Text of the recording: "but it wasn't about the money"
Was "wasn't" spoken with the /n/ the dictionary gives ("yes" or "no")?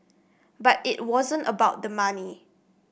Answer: yes